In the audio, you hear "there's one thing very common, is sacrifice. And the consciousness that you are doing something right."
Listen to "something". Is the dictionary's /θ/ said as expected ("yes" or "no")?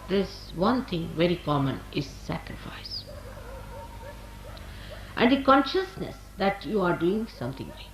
no